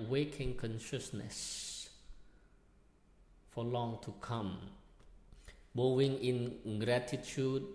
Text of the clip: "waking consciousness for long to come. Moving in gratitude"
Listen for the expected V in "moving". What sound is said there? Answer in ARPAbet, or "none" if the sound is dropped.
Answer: none